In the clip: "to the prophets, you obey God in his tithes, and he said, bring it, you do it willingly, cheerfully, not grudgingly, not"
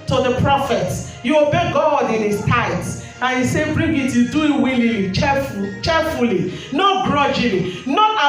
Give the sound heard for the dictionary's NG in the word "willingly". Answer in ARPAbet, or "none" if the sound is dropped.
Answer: none